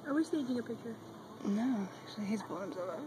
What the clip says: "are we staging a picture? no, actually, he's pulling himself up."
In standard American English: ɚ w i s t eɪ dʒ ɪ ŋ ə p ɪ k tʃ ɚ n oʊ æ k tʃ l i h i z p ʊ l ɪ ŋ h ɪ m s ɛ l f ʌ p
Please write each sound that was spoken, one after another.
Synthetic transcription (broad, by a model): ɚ w i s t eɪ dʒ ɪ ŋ ə p ɪ k tʃ ɚ n oʊ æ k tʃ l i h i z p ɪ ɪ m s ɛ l ʌ